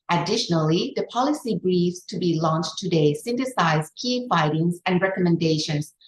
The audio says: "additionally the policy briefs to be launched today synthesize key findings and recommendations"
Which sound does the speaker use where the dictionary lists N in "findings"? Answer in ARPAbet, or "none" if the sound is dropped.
none